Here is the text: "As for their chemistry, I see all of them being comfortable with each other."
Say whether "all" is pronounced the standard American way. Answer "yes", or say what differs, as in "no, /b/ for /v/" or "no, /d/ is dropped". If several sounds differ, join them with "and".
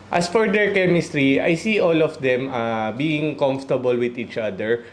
yes